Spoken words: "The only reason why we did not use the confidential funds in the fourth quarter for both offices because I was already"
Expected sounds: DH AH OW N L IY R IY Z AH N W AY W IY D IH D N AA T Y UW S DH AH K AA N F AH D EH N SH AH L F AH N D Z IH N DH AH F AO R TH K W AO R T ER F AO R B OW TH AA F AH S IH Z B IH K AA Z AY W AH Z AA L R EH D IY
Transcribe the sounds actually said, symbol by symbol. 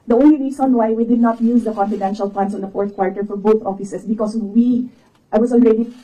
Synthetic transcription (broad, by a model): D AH OW N L IY R IY S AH N W AY W IY D IH D N AA T Y UW S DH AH K AA N F AH D EH N SH AH L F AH N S IH N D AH F AO R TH K W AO R T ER F AO R B OW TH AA F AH S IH S B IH K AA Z AY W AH S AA L R EH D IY